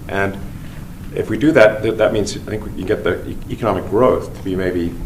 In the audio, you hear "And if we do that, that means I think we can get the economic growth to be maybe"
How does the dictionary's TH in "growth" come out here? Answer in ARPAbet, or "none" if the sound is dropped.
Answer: TH